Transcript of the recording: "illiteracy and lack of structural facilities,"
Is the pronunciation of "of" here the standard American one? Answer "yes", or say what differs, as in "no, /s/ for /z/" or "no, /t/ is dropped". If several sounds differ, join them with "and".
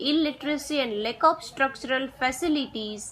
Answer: no, /p/ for /v/